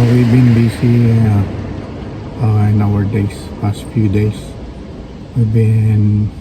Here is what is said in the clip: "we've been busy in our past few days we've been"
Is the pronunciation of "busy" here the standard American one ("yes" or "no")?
no